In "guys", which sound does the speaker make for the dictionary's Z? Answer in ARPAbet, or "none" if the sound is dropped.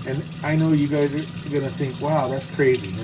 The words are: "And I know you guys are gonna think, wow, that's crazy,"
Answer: Z